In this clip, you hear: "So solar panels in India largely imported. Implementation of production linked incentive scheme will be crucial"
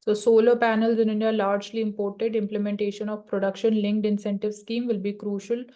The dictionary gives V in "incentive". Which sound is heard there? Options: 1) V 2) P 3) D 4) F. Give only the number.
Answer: 1